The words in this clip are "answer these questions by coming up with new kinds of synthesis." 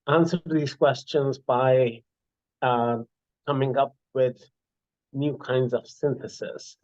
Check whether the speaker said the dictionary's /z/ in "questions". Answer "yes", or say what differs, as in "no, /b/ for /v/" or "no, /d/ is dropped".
yes